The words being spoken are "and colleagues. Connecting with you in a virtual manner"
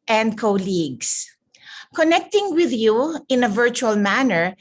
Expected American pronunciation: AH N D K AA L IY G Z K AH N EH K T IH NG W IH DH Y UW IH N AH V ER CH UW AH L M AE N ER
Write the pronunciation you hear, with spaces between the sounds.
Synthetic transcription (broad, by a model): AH N D K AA L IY G S K AH N EH K T IH NG W IH DH Y UW IH N AH V ER CH UW AH L M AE N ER